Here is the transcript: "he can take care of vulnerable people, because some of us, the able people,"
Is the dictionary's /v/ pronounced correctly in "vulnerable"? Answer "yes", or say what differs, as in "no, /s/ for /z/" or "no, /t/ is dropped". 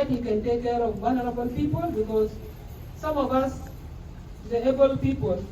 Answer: no, /w/ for /v/